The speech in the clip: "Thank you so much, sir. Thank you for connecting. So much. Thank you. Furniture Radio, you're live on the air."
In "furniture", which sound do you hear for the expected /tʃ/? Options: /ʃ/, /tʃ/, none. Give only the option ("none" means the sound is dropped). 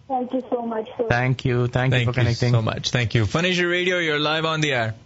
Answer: /ʃ/